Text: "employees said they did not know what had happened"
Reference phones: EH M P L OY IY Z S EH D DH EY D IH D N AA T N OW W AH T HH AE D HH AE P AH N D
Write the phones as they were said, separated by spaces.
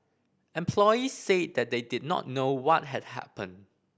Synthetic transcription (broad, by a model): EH M P L OY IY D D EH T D EY D IH D N AA T N OW W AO T HH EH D HH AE P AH N